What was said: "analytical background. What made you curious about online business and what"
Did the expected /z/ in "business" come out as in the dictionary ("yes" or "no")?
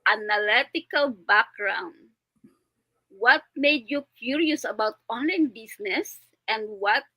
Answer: no